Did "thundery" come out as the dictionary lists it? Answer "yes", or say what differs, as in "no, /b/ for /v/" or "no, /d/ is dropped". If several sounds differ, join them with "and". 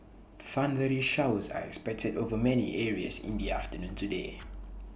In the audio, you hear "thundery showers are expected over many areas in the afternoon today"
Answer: no, /f/ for /θ/